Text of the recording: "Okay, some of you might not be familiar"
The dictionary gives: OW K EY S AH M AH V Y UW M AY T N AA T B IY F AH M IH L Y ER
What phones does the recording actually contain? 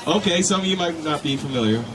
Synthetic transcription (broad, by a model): OW K EY S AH AH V Y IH M AY T N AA T B IY F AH M IH L Y ER